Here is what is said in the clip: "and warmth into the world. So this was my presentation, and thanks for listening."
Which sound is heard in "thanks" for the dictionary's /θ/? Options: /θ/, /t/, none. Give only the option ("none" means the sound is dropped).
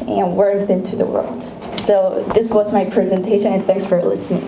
/θ/